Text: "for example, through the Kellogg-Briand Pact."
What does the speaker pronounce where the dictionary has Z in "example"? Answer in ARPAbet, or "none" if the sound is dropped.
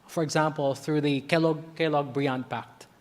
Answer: Z